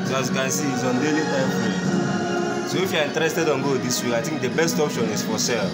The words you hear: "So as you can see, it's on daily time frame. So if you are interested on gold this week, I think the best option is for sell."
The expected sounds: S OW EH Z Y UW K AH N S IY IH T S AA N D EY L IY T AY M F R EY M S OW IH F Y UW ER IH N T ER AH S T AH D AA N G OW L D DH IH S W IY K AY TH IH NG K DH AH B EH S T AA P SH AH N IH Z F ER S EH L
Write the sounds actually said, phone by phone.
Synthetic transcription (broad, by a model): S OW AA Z Y UW K AH N S IY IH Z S AA N D EY L IY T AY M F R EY S OW IH F Y UW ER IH N T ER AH S T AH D AA N G OW D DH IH S W IY K AY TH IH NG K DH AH B EH S T AA P SH AH N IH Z F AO S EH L